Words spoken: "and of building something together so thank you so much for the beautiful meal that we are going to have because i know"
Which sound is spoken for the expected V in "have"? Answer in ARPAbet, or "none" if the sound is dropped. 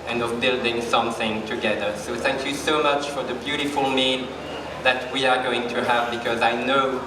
V